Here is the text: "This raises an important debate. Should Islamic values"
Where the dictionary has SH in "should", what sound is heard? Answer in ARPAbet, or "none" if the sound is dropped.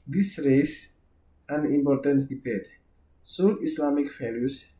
S